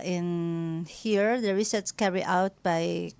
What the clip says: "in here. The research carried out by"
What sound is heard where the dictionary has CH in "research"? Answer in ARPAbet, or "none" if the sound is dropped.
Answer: S